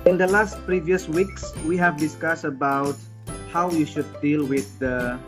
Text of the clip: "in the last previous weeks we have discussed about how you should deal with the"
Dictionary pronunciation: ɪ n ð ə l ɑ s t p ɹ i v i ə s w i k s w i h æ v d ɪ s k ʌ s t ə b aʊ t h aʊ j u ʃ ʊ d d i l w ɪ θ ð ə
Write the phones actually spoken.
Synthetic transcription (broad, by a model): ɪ n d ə l ɑ s t p ɹ i v i ə s w i k s w i h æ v d ɪ s k ʌ s t ə b aʊ t h aʊ j u ʃ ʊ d d i l w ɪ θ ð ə